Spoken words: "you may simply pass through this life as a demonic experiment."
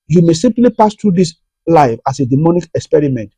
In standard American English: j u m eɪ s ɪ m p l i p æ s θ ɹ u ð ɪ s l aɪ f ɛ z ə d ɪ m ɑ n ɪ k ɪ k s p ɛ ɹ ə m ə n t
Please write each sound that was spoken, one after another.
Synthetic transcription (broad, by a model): j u m eɪ s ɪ m p l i p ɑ s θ ɹ u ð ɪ s l aɪ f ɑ s ə d ɪ m ɑ n ɪ k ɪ k s p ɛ ɹ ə m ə n t